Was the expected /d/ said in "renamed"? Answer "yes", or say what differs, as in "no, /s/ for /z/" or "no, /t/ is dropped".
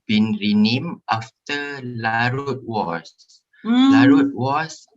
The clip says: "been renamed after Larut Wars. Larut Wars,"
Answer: no, /d/ is dropped